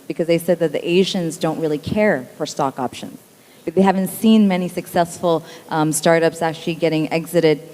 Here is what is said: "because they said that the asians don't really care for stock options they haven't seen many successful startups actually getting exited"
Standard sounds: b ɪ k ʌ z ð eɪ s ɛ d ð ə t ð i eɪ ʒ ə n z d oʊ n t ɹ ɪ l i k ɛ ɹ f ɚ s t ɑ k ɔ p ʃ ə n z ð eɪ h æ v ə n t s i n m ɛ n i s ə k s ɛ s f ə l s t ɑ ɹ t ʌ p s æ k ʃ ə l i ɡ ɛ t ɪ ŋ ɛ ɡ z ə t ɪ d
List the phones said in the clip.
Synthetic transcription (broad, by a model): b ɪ k ʌ z ð eɪ s ɛ d ð ə t ð i eɪ ʒ ə n z d oʊ n t ɹ ɪ l i k ɛ ɹ f ɚ s t ɑ k ɔ p ʃ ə n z ð eɪ h æ v ə n t s i n m ɛ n i s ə k s ɛ s f l s t ɑ ɹ t ʌ p s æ k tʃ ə l i ɡ ɛ t ɪ ŋ ɛ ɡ z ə t ɪ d